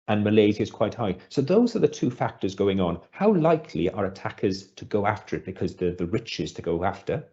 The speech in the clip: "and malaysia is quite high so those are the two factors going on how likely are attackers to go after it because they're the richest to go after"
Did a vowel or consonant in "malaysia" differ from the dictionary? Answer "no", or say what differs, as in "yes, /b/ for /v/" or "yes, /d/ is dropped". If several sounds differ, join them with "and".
yes, /z/ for /ʒ/